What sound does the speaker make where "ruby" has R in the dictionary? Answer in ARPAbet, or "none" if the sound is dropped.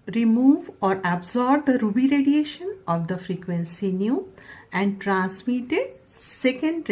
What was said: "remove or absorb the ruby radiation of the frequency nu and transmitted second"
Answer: R